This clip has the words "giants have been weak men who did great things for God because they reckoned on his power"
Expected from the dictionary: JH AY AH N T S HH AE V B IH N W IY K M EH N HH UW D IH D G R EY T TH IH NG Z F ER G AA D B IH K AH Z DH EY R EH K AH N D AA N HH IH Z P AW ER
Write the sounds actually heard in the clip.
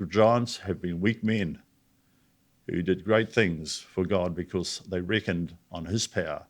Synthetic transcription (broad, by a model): JH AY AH N T S HH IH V B IH N W IY K M EH N HH UW D IH D G R EY T TH IH NG Z F ER G AA D B IH K AH Z DH EY R EH K AH N D N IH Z P AW ER